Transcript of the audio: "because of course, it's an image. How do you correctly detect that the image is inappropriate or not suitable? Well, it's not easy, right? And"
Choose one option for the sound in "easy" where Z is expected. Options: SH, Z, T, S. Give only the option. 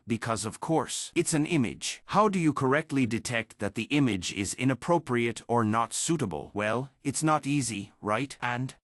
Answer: Z